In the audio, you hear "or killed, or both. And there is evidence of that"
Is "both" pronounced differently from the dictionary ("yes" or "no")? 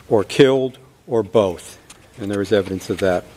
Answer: no